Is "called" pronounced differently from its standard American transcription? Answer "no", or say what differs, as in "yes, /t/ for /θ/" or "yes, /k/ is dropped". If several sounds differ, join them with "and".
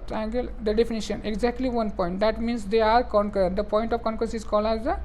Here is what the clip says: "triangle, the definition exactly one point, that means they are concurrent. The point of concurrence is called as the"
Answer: yes, /d/ is dropped